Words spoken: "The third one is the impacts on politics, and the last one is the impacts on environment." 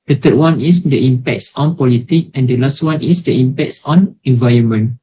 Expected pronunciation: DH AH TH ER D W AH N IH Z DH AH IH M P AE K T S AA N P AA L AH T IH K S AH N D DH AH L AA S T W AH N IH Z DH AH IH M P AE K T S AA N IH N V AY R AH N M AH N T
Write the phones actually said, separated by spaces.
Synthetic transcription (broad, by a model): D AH T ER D W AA N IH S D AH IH M P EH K T S AA N P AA L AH T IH K AH N D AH L AA S T W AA N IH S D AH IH M P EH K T S AA N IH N V AY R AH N M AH N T